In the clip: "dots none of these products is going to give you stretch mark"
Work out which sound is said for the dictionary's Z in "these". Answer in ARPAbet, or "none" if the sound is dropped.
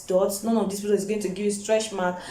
S